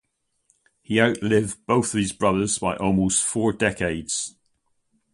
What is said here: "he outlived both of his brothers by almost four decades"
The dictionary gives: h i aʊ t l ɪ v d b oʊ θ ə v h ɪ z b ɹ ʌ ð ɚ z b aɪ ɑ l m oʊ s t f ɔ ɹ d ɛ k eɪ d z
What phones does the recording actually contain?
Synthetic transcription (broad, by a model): h i aʊ t l ɪ v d b oʊ θ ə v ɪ z b ɹ ʌ ð ɚ z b aɪ ɑ l m oʊ s t f ɔ ɹ d ɛ k eɪ d z